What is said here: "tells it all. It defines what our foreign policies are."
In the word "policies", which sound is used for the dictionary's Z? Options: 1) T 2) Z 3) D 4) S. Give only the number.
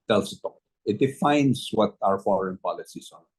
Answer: 4